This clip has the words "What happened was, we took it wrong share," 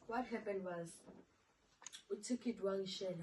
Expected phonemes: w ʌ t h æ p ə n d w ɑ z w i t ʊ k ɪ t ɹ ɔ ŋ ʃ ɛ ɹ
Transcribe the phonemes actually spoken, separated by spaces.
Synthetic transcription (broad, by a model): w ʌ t h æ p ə n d w ɑ z w i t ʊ k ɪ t w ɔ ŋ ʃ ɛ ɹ